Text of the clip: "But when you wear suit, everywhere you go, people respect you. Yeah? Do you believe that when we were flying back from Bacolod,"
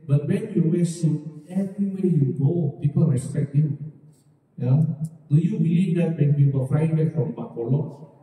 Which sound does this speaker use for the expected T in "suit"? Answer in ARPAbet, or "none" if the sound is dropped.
none